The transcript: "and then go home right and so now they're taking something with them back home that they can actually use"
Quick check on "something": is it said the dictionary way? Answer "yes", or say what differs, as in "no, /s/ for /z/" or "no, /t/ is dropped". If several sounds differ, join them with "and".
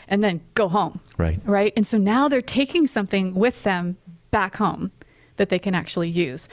yes